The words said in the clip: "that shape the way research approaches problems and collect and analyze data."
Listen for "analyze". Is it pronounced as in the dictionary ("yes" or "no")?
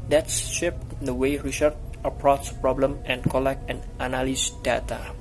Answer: no